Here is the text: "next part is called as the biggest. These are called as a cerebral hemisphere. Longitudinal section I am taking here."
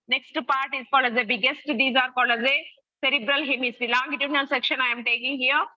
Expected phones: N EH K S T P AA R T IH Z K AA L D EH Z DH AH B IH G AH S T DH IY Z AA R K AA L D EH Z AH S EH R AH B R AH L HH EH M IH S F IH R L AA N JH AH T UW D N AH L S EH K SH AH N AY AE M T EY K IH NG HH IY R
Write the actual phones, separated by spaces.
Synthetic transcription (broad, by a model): N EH K S T P AA R T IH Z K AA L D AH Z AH B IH G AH S T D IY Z AA R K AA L AH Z AH S EH R AH B R AH L HH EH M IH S IH L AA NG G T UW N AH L S EH K SH AH N AY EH M T EY K IH NG HH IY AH